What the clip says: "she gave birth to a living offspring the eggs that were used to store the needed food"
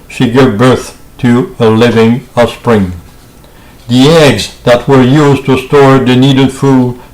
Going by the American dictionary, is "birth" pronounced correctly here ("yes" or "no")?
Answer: yes